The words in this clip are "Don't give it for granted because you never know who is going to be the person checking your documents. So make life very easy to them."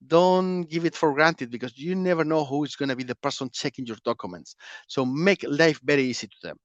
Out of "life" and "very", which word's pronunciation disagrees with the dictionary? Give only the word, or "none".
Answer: very